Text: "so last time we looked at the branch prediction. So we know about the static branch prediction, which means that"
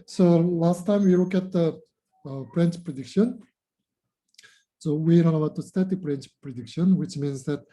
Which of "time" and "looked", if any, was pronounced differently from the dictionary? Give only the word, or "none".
looked